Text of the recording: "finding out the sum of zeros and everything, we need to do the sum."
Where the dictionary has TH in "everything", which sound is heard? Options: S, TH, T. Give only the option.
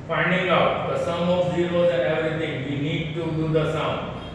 T